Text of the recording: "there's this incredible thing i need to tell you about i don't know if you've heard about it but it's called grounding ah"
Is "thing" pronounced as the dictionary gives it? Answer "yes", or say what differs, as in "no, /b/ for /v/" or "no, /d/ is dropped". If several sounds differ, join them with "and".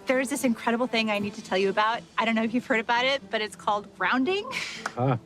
yes